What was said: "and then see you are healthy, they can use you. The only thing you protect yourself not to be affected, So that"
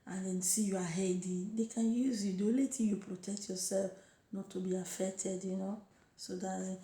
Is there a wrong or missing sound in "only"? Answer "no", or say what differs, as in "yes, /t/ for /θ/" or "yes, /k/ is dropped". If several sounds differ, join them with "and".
yes, /n/ is dropped